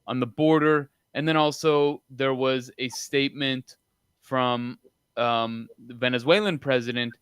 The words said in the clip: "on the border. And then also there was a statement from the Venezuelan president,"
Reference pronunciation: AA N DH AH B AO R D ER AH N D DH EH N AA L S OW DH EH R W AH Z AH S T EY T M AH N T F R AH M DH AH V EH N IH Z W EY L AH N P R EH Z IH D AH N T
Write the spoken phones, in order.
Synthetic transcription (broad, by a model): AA N DH AH B AO R D ER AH N DH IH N AA L S OW DH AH R W AH Z AH S T EY T M AH N T F R AH M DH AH V EH N IH Z W EY L AH N P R EH Z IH D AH N T